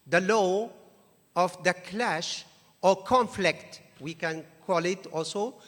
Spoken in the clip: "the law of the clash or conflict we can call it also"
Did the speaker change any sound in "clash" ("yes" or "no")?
no